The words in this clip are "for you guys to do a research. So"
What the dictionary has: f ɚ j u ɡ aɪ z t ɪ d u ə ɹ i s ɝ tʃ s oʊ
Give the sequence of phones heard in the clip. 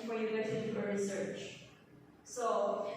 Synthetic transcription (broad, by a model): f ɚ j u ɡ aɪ t ɪ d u ə ɹ i s ɝ tʃ s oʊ